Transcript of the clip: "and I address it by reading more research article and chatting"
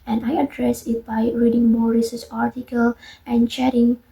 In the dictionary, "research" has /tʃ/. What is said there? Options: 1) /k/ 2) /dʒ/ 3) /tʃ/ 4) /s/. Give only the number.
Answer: 4